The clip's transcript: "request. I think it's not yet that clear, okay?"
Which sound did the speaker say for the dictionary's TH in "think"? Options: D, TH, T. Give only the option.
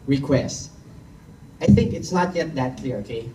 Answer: TH